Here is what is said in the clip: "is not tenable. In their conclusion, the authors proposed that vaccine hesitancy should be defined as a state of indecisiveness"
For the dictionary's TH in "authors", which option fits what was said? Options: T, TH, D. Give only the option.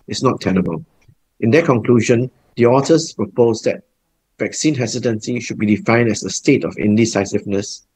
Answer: T